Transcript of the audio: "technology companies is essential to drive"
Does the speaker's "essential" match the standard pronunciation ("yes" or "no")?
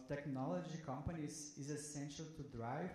yes